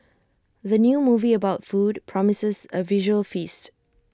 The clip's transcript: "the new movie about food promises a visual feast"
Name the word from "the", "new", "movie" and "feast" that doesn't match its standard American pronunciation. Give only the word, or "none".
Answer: none